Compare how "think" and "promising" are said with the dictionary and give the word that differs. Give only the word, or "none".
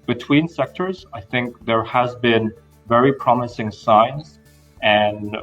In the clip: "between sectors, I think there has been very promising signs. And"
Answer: none